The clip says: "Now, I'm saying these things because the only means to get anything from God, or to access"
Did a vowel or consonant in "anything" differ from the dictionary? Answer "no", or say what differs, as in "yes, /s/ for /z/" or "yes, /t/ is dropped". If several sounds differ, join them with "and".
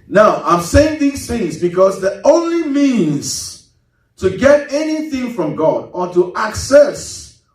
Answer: no